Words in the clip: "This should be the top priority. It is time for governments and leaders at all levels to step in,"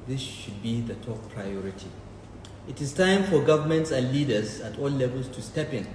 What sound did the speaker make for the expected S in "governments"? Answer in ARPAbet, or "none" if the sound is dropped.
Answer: S